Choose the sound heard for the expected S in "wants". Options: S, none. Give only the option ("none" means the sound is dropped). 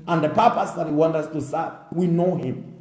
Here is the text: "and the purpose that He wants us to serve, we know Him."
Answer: none